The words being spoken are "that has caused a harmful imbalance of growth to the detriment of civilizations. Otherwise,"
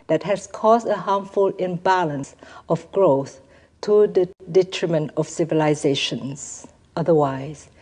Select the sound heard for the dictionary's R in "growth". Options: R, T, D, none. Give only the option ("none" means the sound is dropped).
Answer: R